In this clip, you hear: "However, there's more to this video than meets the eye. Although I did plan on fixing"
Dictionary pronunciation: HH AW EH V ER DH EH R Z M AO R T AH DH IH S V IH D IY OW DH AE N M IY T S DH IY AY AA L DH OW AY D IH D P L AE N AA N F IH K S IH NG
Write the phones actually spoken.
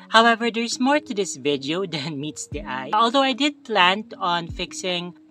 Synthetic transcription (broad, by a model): HH AW EH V ER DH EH R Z M AO R T AH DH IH S V IH D IY OW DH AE N M IY T S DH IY AY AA L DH OW AY D IH D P L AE N AA N F IH K S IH NG